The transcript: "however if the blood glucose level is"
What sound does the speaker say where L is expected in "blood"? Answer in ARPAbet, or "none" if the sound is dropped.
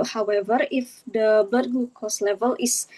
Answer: none